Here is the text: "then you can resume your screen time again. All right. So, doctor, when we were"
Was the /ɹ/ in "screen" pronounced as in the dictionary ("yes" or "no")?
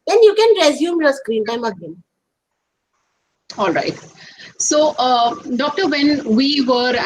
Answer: yes